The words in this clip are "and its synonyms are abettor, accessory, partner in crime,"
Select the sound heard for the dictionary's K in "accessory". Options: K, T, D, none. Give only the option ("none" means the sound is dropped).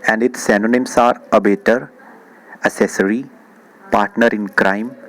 none